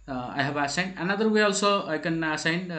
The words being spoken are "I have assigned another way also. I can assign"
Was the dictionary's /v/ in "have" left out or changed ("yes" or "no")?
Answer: yes